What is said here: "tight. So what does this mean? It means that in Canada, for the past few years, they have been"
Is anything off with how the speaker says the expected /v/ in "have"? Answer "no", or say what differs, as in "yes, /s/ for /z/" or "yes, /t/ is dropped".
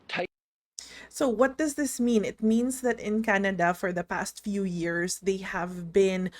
no